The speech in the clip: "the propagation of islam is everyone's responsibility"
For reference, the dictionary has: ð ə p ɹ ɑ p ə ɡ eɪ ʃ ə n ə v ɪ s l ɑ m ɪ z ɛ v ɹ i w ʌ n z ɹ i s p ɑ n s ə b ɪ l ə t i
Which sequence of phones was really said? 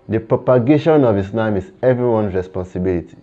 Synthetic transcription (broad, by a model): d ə p ɹ ɑ p ə ɡ eɪ ʃ ə n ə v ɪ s n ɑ m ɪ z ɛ v ɹ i w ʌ n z ɹ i s p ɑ n s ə b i l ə t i